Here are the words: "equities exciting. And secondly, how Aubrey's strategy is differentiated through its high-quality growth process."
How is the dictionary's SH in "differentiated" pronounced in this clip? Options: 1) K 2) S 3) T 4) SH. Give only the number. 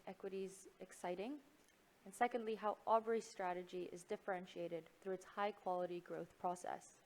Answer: 4